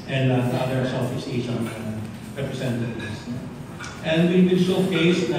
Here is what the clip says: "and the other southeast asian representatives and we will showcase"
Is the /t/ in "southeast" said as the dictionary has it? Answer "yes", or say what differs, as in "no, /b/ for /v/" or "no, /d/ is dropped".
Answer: no, /t/ is dropped